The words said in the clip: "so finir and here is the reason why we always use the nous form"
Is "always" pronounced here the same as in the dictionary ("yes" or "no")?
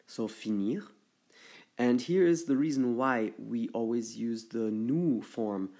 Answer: yes